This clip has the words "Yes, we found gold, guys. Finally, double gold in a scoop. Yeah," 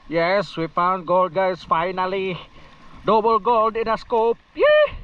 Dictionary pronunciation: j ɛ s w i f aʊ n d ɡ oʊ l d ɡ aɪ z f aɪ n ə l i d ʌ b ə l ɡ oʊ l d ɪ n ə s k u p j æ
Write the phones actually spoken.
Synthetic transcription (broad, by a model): j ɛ s w i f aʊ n ɡ oʊ l d ɡ aɪ s f aɪ n ə l i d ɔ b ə l ɡ oʊ l d ɪ n ə s k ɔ p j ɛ